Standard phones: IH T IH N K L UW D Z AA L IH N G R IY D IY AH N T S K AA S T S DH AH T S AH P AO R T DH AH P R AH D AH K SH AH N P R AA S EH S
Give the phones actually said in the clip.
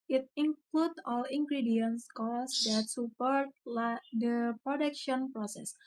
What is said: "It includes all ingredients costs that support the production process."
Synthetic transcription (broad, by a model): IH T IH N K L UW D AA L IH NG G R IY D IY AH N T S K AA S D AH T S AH P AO R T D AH P R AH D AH K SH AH N P R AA S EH S